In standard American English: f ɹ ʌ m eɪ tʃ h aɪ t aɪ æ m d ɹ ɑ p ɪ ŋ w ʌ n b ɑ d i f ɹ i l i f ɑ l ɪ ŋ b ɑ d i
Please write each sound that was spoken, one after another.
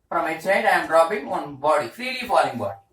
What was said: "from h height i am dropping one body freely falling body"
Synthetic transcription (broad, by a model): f ɹ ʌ m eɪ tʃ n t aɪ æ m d ɹ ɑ b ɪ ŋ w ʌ n b ɑ d i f ɹ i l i f ɑ l ɪ ŋ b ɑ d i